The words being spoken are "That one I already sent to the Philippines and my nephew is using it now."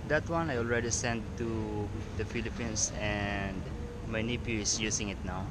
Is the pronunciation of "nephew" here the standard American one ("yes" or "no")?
no